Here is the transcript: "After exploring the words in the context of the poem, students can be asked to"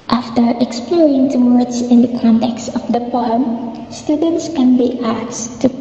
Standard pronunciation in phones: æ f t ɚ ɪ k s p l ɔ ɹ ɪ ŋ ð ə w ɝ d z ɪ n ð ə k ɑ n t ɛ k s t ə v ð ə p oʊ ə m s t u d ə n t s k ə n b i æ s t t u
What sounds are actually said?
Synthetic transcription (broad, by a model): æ f t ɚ ɪ k s p l ɔ ɹ ɪ ŋ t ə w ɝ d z ɪ n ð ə k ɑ n t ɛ k s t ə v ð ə p oʊ ə m s t u d ə n t s k ə n b i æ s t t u